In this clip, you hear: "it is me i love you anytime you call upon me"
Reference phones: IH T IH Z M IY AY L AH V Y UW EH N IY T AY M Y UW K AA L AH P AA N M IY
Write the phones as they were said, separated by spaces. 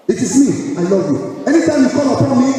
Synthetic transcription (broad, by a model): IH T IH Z M IY AY L AH V Y UW EH N IY T AY M Y UW K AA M AH P AA N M IY